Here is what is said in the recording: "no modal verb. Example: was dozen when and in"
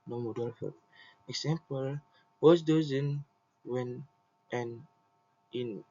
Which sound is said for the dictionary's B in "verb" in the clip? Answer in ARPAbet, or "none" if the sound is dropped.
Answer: none